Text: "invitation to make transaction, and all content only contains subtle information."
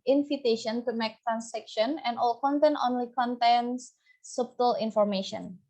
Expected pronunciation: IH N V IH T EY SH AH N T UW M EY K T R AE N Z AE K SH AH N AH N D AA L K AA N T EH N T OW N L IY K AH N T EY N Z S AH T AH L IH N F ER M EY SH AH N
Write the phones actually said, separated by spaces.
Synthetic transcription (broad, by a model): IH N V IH T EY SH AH N T UW M EY K T R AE N S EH K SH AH N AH N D AA L K AA N T EH N T OW N L IY K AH N T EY N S S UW T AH L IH N F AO M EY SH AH N